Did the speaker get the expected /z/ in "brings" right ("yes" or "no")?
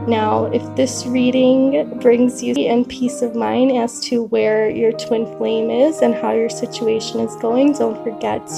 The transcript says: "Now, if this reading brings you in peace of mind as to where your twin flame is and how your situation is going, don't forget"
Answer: yes